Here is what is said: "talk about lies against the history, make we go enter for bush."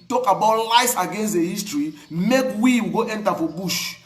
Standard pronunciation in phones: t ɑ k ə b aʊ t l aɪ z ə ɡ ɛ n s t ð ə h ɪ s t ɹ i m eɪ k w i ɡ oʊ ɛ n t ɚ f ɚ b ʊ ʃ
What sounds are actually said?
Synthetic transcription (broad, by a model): t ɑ k ə b aʊ t l aɪ s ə ɡ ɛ n s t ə h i s t ɹ i m eɪ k w i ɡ oʊ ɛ n t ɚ f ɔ b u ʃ